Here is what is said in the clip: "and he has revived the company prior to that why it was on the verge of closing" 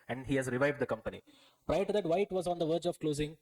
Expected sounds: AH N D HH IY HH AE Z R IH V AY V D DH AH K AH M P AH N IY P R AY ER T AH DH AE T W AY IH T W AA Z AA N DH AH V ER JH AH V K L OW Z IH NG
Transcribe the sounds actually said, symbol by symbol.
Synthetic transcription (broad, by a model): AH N D HH IY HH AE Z R IH V AY V D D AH K AH M P AH N IY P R AY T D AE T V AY IH T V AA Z AA N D AH V ER JH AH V K L OW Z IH NG